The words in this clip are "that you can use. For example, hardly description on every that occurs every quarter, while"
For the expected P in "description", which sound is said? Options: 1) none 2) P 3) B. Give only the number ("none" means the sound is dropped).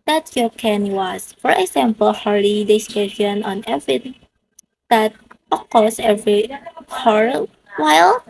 1